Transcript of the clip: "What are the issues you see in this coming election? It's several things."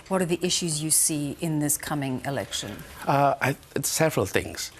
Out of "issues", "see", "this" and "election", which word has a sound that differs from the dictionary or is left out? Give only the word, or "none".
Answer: none